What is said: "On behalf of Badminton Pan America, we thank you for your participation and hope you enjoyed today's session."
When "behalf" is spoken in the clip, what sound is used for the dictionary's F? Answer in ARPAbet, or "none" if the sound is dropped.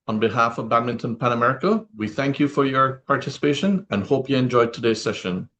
F